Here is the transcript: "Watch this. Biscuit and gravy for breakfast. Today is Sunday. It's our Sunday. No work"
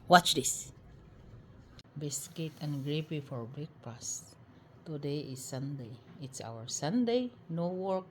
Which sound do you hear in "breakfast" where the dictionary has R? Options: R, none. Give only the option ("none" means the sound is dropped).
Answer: none